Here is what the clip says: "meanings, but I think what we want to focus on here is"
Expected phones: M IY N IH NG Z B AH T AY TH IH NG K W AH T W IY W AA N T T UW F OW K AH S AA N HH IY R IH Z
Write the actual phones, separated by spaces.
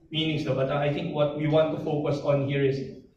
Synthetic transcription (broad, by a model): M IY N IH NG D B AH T AY T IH NG K W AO T W IY W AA N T T UW F OW K AH S AA N HH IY R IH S